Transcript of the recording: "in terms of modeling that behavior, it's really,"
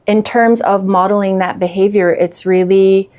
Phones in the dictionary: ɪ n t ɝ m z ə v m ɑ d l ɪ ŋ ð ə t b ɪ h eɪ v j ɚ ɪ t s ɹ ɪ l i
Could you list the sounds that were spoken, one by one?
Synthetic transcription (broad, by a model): ɪ n t ɝ m z ə v m ɑ d l ɪ ŋ ð ə t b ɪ h eɪ v j ɚ ɪ t s ɹ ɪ l i